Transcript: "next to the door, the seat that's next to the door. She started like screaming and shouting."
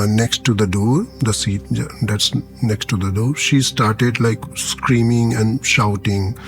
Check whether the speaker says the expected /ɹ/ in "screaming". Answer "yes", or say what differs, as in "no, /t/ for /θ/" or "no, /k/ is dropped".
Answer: yes